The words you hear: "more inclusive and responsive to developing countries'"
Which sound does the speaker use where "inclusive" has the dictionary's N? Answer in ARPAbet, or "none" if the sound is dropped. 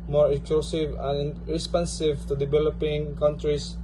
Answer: none